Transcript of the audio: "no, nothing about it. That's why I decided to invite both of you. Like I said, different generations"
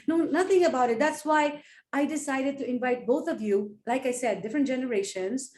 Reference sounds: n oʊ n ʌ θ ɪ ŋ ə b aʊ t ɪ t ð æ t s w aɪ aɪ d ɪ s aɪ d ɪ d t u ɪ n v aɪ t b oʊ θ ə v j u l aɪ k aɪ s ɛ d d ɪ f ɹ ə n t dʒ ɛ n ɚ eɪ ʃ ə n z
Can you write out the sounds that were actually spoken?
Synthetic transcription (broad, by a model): n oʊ n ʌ t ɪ ŋ ə b aʊ t ɪ t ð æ t s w aɪ aɪ d ɪ s aɪ d ɪ d t u ɪ n v aɪ t b oʊ t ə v j u l aɪ k aɪ s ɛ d d ɪ f ɹ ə n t dʒ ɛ n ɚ eɪ ʃ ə n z